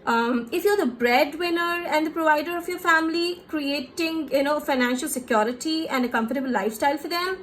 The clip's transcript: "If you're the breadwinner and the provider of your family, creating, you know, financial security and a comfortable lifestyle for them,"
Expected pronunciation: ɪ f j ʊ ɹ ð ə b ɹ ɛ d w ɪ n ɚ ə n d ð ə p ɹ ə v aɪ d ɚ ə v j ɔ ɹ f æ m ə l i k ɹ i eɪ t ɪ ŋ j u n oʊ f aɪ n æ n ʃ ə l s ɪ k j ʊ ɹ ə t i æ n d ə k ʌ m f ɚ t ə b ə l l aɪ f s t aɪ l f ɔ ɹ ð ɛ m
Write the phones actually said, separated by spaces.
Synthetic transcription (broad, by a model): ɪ f j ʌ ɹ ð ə b ɹ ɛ d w ɪ n ɚ ə n d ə p ɹ ə v aɪ d ɚ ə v j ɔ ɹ f æ m ə l i k ɹ i eɪ t ɪ ŋ j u n oʊ f aɪ n æ n ʃ ə l s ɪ k j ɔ ɹ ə t i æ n d ə k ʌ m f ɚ t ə b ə l l aɪ f s t aɪ l f ɔ ɹ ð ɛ m